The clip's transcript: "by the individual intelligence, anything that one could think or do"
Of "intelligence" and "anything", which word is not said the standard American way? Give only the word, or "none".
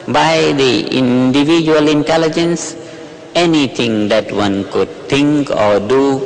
anything